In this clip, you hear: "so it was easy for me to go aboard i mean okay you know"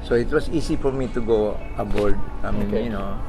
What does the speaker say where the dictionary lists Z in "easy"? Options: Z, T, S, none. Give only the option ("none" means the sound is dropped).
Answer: S